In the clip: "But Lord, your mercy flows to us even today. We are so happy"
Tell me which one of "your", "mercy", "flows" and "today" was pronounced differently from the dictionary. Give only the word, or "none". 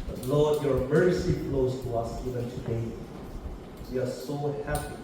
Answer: flows